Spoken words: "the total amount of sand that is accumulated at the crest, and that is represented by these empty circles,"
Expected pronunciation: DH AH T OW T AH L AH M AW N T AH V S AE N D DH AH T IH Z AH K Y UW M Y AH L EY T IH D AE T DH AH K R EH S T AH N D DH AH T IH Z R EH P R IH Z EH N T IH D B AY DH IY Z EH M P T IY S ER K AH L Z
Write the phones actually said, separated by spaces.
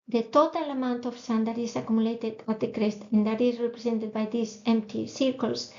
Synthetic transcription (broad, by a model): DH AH T OW T AH L AH M AW N T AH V S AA N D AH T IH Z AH K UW M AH L EY T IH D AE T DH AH K R EH S T AH N D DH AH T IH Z R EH P R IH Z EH N T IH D B AY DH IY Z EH M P T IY S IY K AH L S